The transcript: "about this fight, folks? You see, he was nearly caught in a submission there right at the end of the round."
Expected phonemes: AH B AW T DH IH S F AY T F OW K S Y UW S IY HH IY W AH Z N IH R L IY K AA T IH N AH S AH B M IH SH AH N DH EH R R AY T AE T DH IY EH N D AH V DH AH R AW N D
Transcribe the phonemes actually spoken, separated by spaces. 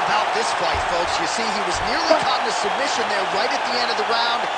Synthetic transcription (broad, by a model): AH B AW T DH IH S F AY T F OW K S Y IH S IY IY W AH Z N IH R L IY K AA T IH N AH S AH B M IH SH AH N DH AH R R AY T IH T DH IY EH N D AH V DH AH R AW N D